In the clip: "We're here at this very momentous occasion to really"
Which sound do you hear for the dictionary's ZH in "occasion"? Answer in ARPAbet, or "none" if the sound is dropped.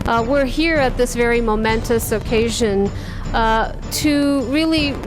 ZH